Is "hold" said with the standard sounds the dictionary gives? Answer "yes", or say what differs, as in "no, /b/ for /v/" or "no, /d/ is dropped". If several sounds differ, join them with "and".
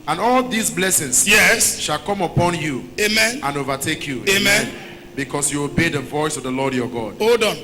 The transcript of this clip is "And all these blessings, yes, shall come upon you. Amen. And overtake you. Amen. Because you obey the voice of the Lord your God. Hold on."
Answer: no, /l/ is dropped